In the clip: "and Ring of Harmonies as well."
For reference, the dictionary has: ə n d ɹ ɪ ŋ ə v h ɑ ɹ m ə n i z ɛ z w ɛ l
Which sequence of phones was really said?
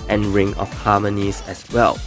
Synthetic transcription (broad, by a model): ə n ɹ ɪ ŋ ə f h ɑ m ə n i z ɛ s w ɛ l